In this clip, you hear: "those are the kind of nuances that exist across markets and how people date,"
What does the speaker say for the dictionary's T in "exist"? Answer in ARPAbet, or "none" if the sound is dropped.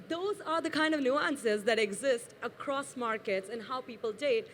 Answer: T